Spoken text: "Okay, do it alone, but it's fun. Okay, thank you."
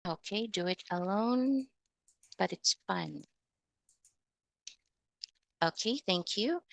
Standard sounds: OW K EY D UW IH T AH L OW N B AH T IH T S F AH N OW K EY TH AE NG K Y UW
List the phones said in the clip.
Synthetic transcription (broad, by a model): OW K EY D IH IH T AH L OW N B AH T IH T S F AH N OW K EY TH AE NG K Y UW